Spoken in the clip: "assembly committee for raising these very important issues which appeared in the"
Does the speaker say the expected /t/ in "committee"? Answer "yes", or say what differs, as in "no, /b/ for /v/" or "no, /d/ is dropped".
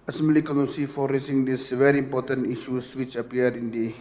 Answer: no, /s/ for /t/